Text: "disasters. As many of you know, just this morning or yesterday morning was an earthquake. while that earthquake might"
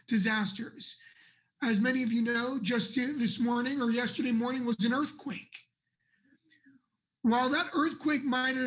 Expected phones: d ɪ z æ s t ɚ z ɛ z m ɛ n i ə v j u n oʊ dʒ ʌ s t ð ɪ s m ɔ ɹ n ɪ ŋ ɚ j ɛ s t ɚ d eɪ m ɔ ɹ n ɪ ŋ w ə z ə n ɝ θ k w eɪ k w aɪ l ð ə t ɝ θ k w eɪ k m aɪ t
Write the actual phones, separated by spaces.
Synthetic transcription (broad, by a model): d ɪ z æ s t ɚ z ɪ z m ɛ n i ə v j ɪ n oʊ dʒ ʌ s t ð ɪ s m ɔ ɹ n ɪ ŋ ɚ j ɛ s t ɚ d eɪ m ɔ ɹ n ɪ ŋ w ə z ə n ɝ θ k w eɪ k w aɪ l ð ə t ɝ θ k w eɪ k m aɪ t